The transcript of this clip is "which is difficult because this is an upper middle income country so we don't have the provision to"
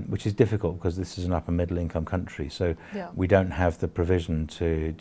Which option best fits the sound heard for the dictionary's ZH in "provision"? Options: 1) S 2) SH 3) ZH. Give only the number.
3